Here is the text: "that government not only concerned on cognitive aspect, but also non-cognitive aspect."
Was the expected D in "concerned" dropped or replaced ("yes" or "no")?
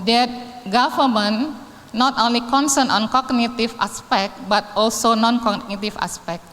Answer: yes